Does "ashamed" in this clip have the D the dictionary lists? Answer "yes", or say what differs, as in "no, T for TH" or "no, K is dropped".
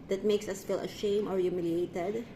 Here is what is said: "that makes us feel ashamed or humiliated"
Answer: no, D is dropped